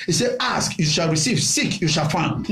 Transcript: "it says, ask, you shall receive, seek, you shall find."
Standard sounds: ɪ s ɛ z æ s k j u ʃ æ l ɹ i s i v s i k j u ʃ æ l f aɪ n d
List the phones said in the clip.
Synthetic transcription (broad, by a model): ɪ s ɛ ɑ s k j u ʃ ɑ l ɹ i s i v s i k j u ʃ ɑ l f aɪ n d